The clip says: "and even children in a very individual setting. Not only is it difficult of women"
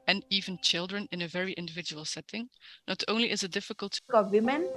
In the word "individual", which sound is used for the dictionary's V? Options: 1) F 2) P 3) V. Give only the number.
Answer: 3